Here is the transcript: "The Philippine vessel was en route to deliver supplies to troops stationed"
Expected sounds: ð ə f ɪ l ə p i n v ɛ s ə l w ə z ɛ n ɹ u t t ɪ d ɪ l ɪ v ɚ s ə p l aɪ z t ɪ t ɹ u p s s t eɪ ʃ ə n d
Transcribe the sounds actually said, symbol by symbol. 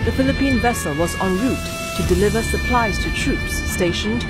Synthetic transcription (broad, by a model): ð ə f ɪ l ə p i n v ɛ s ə l w ə z n ɹ u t t ɪ d ɪ l ɪ v ɚ s ə p l aɪ z t ɪ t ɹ u p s s t eɪ ʃ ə n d